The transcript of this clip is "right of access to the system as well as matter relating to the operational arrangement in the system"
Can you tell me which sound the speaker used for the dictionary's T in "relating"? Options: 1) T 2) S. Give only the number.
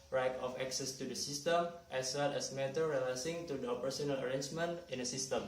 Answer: 2